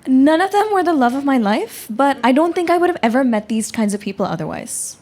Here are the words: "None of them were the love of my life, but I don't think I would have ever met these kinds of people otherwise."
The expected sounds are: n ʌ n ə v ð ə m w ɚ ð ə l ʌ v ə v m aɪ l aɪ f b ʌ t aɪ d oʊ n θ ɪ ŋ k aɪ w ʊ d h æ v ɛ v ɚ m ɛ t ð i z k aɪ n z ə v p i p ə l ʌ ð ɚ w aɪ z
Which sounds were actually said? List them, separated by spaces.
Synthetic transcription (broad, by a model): n ʌ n ə v ð ə m w ɚ ð ə l ʌ v ə v m aɪ l aɪ f b ʌ t aɪ d oʊ n θ ɪ ŋ k aɪ w ʊ d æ v ɛ v ɚ m ɛ t ð i z k aɪ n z ə v p i p l ʌ ð ɚ w aɪ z